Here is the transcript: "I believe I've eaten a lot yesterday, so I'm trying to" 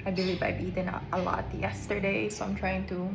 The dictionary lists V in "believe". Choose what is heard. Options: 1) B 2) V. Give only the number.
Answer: 1